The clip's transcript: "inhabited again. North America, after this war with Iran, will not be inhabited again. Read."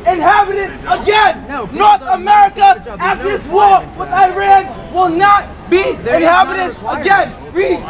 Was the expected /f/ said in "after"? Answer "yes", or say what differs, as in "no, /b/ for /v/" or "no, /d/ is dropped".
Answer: no, /f/ is dropped